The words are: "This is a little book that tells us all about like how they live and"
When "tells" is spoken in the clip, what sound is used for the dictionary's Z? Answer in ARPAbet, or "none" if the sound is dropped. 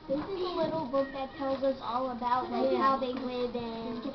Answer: Z